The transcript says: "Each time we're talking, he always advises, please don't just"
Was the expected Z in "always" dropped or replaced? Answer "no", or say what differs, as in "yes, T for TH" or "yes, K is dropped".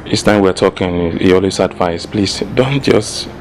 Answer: yes, S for Z